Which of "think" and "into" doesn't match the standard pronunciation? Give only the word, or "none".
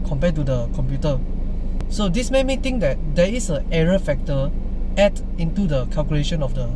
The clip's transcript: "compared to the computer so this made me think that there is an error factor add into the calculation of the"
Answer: think